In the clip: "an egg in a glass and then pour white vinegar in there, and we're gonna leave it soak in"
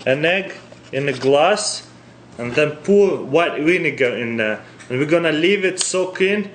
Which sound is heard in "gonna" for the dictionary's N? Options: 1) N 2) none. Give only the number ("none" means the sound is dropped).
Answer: 1